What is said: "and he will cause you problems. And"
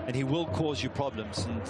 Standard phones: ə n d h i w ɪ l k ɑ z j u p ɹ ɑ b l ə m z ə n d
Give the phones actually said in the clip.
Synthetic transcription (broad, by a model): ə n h i w ɪ l k ɑ z j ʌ p ɹ ɑ b l ə m z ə n